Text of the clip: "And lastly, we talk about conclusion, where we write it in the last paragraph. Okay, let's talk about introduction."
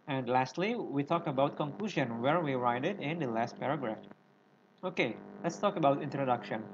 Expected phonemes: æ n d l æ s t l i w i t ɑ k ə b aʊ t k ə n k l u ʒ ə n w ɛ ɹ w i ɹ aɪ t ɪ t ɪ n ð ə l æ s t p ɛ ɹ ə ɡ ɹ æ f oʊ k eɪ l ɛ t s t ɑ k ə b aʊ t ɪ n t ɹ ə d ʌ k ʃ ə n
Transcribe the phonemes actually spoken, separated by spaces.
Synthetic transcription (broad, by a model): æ n d l æ s t l i w i t ɑ k ə b aʊ t k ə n k l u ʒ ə n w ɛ ɹ w i ɹ aɪ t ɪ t ɪ n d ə l æ s t p ɛ ɹ ə ɡ ɹ æ f oʊ k eɪ l ɛ t s t ɑ k ə b aʊ t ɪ n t ɹ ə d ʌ k ʃ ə n